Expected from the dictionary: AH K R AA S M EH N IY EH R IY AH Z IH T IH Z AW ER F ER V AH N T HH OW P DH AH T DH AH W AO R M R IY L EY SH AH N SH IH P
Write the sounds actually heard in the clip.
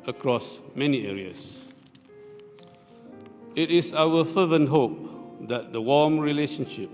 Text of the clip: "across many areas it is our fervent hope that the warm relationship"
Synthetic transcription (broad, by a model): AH K R AA S M EH N IY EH R IY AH S IH T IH S AW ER F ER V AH N HH OW P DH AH T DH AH W AO M R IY L EY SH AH N SH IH P